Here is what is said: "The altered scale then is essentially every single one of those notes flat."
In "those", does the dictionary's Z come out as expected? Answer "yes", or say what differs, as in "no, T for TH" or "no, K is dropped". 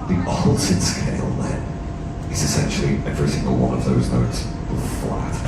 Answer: yes